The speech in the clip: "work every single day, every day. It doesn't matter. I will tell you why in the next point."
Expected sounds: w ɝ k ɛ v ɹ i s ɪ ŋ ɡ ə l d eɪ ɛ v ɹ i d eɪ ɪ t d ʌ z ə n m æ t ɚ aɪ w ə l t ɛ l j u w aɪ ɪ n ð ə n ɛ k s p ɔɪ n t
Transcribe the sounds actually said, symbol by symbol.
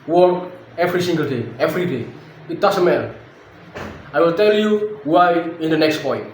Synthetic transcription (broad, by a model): w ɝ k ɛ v ɹ i s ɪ ŋ ɡ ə l d eɪ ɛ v ɹ i d eɪ ɪ t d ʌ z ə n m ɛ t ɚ aɪ w ə l t ɛ l j u w aɪ ɪ n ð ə n ɛ k s p ɔɪ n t